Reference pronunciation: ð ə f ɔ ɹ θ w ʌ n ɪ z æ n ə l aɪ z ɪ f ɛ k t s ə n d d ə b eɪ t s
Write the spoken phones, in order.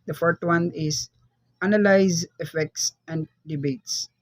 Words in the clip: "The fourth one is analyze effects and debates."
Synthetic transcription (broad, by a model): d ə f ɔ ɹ t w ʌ n ɪ z æ n ə l aɪ z ɪ f ɛ k t s ə n d d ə b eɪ t s